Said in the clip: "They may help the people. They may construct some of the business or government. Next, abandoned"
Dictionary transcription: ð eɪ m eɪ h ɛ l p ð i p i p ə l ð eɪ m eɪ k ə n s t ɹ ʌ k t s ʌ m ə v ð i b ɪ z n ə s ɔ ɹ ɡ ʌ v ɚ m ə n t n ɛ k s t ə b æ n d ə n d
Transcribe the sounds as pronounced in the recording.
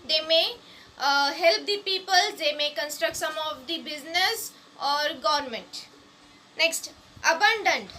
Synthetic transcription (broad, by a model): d eɪ m eɪ h ɛ l p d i p i p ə l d eɪ m eɪ k ə n s t ɹ ʌ k t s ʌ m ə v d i b ɪ z n ə s ɔ ɹ ɡ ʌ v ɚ m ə n t n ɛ k s t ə b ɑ n d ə n d